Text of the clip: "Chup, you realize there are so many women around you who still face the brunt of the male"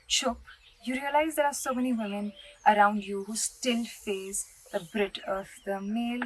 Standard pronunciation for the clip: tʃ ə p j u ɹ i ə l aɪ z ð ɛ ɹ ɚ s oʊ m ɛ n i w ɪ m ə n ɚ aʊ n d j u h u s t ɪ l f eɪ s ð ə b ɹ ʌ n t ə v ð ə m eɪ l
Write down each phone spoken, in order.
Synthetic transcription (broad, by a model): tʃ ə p j u ɹ i ə l aɪ z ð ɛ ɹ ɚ s oʊ m ɛ n i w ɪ m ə n ɚ aʊ n d j u h u s t ɪ l f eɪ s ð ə b ɹ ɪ t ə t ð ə m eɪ l